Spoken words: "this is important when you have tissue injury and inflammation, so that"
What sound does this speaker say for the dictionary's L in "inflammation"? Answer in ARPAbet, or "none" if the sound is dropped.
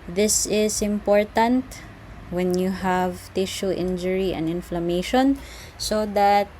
L